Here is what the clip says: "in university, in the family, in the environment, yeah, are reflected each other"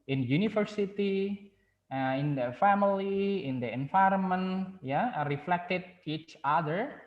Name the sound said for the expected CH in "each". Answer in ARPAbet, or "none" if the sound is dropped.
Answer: CH